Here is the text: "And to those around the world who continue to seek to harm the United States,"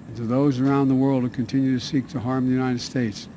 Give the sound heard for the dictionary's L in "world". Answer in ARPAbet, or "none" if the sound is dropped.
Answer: L